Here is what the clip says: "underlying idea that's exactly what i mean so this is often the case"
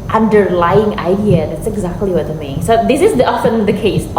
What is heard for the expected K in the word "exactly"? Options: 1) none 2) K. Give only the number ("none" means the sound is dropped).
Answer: 2